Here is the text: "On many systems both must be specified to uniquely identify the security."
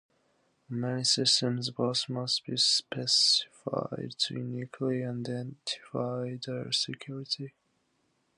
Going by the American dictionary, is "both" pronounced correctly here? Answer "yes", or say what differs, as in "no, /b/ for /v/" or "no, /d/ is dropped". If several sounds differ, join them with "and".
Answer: no, /s/ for /θ/